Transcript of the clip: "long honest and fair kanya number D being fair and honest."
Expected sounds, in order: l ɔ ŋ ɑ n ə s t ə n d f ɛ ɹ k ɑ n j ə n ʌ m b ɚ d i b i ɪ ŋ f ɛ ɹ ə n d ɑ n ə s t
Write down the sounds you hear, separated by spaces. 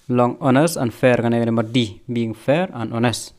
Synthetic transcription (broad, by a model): l ɔ ŋ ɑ n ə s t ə n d f ɛ ɹ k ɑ n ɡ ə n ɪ m ɚ d i b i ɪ ŋ f ɛ ɹ ə n d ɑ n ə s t